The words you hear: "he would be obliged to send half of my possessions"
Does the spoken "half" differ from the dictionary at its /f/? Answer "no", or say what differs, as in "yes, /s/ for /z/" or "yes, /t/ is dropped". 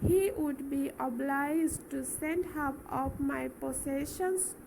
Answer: yes, /p/ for /f/